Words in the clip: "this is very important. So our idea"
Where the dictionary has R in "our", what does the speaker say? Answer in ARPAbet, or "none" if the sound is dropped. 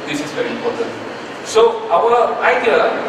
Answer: W